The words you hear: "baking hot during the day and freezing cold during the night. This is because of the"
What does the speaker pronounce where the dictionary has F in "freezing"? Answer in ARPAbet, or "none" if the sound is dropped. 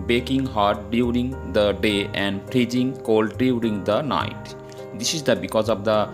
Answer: P